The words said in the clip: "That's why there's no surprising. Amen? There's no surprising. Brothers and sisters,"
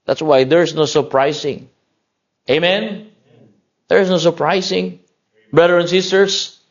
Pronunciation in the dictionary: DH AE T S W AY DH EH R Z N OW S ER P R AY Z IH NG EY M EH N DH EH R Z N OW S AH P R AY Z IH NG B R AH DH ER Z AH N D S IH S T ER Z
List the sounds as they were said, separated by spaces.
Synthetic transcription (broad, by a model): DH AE T S W AY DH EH R S N OW S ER P R AY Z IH NG EY M EH N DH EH R S N OW S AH P R AY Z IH NG B R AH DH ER AH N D S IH S T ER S